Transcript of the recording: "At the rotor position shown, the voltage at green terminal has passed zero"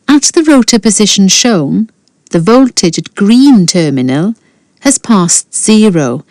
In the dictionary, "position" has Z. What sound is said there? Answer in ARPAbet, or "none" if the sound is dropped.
Z